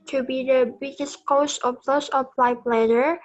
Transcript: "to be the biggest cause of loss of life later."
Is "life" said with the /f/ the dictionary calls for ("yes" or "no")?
no